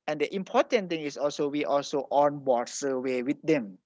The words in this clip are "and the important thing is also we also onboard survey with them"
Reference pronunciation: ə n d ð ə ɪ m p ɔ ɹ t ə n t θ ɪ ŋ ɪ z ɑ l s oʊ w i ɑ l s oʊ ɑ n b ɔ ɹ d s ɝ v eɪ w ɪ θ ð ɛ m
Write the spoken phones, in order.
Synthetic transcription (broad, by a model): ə n d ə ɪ m p ɔ t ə n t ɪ ŋ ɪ s ɑ l s oʊ w i ɑ l s oʊ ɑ n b ɔ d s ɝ w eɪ w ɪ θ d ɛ m